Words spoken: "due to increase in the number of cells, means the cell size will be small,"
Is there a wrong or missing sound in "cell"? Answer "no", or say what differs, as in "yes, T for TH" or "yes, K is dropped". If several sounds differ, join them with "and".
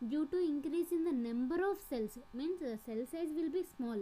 no